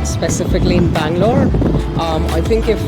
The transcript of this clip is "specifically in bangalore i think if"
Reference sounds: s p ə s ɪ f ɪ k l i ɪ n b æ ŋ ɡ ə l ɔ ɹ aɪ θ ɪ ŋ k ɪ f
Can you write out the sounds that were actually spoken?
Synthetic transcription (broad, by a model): s p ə s ɪ f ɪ k l i ɪ n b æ ŋ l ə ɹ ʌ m aɪ θ ɪ ŋ k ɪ f